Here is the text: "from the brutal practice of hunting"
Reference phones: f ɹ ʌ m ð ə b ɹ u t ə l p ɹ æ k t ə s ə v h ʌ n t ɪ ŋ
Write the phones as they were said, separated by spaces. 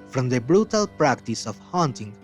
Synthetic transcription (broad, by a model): f ɹ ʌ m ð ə b ɹ u t ə l p ɹ æ k t ə s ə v h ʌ n t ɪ ŋ